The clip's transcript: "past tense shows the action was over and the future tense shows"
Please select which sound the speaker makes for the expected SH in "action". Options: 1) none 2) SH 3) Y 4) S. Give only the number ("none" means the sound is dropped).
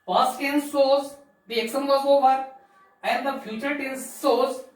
4